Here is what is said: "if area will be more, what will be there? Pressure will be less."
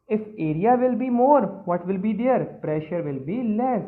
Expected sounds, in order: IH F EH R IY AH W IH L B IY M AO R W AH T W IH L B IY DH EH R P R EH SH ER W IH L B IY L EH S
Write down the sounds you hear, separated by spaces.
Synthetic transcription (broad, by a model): IH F EH R IY AH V IH L B IY M AO R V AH T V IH L B IY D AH R P R EH SH ER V IH L B IY L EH S